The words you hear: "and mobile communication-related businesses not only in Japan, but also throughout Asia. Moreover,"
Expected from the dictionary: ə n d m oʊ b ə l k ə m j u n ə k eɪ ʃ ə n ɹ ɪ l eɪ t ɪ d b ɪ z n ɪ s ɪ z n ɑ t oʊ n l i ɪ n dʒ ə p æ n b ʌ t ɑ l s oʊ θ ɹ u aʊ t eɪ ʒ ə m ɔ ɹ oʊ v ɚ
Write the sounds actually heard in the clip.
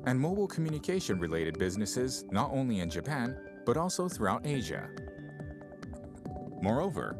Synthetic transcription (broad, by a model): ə n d m oʊ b l k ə m j u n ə k eɪ ʃ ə n ɹ ɪ l eɪ t ɪ d b ɪ z n ɪ s ɪ z n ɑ t oʊ n l i ɪ n dʒ ə p æ n b ʌ t ɑ l s oʊ θ ɹ u aʊ t eɪ ʒ ə m ɔ ɹ oʊ v ɚ